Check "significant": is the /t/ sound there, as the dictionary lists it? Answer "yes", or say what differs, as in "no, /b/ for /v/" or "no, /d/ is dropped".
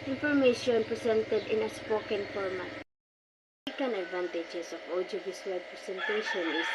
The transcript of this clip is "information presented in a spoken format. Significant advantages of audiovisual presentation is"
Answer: no, /t/ is dropped